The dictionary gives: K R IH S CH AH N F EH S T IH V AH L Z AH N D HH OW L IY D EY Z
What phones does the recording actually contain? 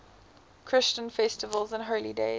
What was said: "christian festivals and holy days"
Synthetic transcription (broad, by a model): K R IH S CH AH N F EH S T IH V AH L Z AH N HH OW L IY D EY